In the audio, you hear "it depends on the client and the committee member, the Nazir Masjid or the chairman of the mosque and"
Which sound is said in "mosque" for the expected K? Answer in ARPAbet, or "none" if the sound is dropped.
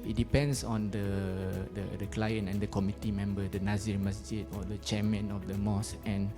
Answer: none